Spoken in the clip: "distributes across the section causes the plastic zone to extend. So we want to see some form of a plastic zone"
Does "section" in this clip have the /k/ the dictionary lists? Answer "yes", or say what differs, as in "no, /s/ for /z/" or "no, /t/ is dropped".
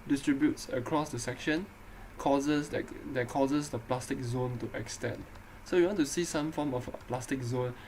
yes